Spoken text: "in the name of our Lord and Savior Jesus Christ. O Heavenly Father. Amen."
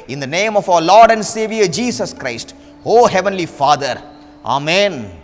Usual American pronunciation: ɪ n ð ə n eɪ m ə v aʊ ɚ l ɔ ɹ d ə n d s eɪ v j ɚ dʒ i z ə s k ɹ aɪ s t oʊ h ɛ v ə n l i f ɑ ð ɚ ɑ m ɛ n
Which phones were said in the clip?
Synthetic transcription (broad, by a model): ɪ n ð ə n eɪ m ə f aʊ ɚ l ɔ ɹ d ə n d s eɪ v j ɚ dʒ i s ə s k ɹ aɪ s t oʊ h ɛ v ə n l i f ɑ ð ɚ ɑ m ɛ n